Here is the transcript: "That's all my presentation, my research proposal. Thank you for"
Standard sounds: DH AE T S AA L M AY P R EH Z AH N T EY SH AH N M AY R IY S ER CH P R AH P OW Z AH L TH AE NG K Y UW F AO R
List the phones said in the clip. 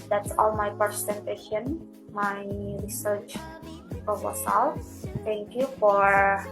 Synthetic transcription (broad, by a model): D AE T S AA L M AY P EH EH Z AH N T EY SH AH N M AY R IY S ER CH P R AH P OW S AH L F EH NG K Y UW F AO R